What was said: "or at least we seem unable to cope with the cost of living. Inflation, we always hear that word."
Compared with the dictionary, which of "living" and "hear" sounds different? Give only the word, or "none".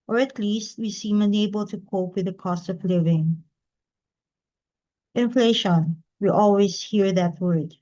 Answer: none